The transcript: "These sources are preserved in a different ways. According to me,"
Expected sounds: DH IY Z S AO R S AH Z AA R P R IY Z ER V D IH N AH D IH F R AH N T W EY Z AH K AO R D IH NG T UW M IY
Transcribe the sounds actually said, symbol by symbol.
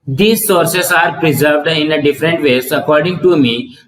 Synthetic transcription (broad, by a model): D IY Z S AO R S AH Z AA R P R IY Z ER V D IH N AH D IH F R AH N T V EY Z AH K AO R D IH NG T UW M IY